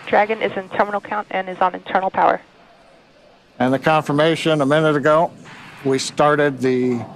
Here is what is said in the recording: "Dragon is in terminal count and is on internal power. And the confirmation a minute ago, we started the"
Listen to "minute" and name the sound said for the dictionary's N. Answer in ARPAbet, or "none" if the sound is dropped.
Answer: N